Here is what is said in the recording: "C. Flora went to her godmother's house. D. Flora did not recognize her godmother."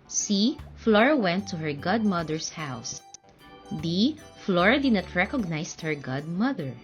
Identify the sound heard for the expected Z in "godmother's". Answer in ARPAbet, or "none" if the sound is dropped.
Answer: S